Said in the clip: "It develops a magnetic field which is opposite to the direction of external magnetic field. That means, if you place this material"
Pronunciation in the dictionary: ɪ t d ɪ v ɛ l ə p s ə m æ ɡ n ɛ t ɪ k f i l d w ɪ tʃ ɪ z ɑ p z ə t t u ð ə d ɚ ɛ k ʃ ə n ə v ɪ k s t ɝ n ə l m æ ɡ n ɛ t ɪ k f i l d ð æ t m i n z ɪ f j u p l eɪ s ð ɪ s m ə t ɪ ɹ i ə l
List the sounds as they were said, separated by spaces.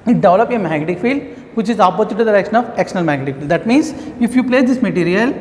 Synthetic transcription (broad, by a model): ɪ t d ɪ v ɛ l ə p ə m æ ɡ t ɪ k f i l d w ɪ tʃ ɪ z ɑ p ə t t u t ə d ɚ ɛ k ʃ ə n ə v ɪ k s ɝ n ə l m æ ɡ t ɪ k f i l d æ t m i n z ɪ f j u p l eɪ s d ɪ s m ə t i ɹ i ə l